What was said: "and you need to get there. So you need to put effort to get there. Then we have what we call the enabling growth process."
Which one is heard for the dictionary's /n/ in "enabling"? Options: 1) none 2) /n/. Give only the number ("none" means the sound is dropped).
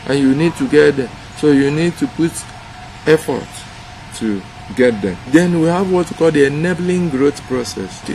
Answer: 2